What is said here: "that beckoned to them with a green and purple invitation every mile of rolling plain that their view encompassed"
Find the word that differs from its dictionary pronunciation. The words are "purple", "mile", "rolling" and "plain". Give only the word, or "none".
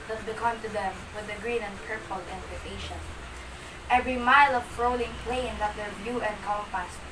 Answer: none